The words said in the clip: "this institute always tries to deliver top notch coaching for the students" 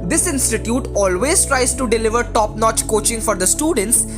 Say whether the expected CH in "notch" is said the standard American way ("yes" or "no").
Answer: yes